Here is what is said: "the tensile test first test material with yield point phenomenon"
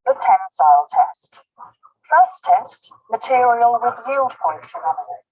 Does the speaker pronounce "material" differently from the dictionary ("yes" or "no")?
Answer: no